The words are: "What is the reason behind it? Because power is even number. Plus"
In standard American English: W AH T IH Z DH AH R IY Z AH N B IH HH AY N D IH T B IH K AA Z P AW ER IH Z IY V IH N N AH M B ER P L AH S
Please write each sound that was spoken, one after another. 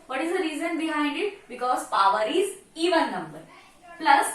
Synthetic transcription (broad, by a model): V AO T IH Z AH R IY Z AH N B IH HH AY N D IH T B IH K AA Z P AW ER IH Z IY V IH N N AH M B ER P L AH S